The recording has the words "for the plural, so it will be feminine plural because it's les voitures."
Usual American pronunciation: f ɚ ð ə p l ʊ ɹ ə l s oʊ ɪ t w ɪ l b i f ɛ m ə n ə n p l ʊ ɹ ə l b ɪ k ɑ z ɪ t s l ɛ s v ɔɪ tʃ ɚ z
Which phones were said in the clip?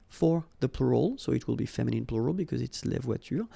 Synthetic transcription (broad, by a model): f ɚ ð ə p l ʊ ɹ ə l s oʊ ɪ t w ɪ l b i f ɛ m ə n ə n p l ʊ ɹ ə l b ɪ k ɑ z ɪ t s l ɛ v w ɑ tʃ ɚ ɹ